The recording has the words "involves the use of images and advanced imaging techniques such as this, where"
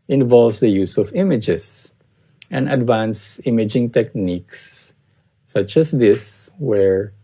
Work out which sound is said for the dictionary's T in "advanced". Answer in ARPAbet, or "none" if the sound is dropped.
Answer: none